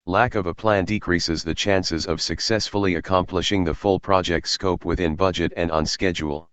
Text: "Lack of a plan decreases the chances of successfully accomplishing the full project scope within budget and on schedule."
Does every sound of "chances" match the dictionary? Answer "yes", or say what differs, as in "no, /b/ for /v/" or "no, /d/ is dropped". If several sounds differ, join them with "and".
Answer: yes